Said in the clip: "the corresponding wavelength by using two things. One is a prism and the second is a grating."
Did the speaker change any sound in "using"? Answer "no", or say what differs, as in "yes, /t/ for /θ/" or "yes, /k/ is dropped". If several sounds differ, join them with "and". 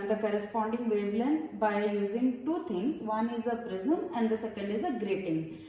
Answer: no